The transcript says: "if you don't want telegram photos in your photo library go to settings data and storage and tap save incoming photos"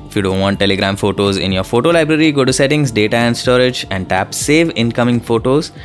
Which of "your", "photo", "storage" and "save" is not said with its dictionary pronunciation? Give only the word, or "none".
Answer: none